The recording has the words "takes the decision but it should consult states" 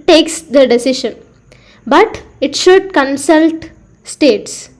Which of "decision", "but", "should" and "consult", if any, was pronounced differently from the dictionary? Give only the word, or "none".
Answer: decision